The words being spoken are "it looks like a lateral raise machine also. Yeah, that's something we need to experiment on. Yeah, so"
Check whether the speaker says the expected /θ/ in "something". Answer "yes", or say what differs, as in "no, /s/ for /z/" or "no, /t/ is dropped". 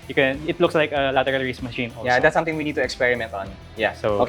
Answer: no, /t/ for /θ/